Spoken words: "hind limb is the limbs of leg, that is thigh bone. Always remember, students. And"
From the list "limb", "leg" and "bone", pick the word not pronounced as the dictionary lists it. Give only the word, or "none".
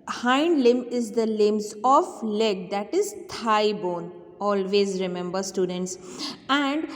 none